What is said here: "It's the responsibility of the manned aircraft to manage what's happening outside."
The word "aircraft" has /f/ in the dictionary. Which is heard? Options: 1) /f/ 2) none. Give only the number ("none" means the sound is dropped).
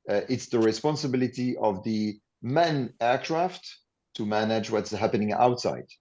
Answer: 1